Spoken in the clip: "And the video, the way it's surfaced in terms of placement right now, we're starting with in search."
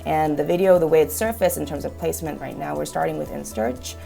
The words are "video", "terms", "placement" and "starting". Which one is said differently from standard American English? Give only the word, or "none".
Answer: none